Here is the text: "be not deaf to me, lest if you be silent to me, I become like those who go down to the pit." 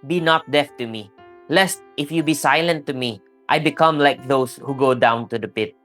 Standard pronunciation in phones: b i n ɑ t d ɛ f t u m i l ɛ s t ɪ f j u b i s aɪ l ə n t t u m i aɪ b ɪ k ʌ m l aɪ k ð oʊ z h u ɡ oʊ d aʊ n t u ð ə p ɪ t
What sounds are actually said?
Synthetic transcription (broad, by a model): b i n ɑ t d ɛ f t u m i l ɛ s t ɪ f j u b i s aɪ l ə n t t u m i aɪ b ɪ k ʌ m l aɪ k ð oʊ s h u ɡ oʊ d aʊ n t u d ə p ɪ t